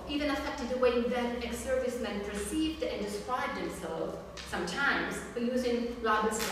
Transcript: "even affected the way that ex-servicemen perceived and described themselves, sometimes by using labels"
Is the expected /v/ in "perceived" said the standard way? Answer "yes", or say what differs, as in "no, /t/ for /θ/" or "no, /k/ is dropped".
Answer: yes